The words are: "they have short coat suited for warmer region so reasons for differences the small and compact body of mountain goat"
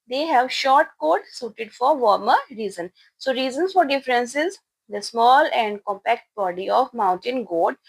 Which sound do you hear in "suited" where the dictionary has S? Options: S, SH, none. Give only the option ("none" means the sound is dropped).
S